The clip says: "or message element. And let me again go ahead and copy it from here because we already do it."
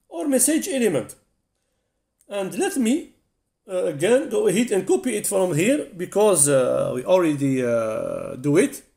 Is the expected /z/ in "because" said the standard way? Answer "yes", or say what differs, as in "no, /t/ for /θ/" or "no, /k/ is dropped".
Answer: yes